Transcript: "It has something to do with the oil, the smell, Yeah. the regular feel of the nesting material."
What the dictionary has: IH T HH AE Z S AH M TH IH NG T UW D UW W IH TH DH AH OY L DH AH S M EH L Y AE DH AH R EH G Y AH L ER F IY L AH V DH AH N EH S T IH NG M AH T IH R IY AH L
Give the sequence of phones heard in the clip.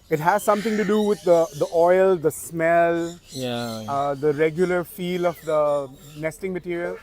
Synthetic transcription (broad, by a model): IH T HH AE Z S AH M T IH NG T UW D UW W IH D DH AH OY L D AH S M EH L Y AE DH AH R EH G Y AH L ER F IY L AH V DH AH N EH S T IH NG M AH T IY R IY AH L